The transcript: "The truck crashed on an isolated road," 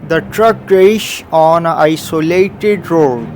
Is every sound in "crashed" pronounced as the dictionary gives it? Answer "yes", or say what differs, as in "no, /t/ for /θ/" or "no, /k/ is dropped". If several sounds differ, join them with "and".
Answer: no, /t/ is dropped